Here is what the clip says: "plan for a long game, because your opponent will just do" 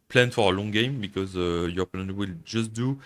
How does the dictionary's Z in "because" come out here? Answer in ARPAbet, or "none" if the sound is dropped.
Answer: Z